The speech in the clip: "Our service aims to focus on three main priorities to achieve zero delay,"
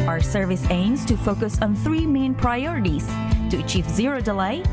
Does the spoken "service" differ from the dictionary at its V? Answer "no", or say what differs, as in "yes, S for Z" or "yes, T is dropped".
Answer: no